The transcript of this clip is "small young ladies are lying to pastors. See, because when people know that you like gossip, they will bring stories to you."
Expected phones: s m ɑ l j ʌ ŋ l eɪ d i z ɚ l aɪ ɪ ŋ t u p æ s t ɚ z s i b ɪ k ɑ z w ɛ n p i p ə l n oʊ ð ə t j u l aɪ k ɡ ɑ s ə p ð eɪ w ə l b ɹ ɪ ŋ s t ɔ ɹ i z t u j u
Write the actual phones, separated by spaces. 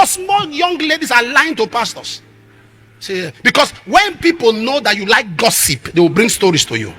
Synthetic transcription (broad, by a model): s m ɑ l j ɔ ŋ l eɪ d i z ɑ l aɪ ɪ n t u p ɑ s t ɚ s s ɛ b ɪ k ɑ s w ɛ n p i p ə l n oʊ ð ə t j u l aɪ k ɡ ɑ s ə p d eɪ w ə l b ɹ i ŋ s t ɔ ɹ i s t u j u